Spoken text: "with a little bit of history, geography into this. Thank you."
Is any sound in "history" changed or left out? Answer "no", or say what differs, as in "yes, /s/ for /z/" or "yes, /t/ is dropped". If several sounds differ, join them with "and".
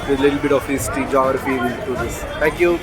yes, /ɹ/ is dropped